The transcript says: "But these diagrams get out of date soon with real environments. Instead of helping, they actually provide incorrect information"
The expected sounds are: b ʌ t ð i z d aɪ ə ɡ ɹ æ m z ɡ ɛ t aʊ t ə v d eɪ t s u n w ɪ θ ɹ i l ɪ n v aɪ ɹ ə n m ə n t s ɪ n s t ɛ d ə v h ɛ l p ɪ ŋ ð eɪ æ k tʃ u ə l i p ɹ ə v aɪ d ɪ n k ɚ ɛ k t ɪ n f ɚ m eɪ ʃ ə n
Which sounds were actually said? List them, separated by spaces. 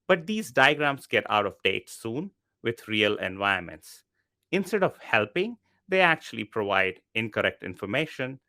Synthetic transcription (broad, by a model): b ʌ t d i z d aɪ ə ɡ ɹ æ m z ɡ ɛ t aʊ t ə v d eɪ t s u n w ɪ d ɹ i l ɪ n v aɪ ə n m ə n t s ɪ n s t ɛ d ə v h ɛ l p ɪ ŋ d eɪ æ k tʃ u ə l i p ɹ ə v aɪ d ɪ n k ɚ ɛ k t ɪ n f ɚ m eɪ ʃ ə n